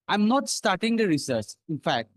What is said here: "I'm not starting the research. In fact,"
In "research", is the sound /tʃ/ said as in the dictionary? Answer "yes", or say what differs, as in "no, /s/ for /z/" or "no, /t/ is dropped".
no, /s/ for /tʃ/